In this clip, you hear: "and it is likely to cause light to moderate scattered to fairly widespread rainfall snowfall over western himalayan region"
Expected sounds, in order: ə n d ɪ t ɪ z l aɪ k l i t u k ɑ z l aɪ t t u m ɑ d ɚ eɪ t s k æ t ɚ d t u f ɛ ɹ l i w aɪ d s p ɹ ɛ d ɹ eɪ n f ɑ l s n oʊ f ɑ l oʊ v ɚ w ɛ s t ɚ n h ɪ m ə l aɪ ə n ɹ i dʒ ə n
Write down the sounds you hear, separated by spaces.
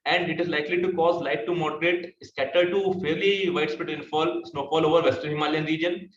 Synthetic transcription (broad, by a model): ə n d ɪ t ɪ z l aɪ k l i t u k ɑ z l aɪ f t u m ɑ d ɚ eɪ t s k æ t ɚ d t u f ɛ ɹ l i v aɪ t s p ɪ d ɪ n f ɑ l s n oʊ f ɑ l oʊ v ɚ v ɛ s t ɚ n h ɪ m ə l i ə n ɹ i dʒ ə n